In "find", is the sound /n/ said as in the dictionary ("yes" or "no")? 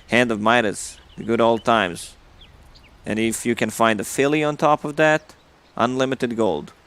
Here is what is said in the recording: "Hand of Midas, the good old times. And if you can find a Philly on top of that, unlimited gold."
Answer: yes